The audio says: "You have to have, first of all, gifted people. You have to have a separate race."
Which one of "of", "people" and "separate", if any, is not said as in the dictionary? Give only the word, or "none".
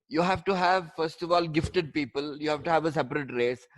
none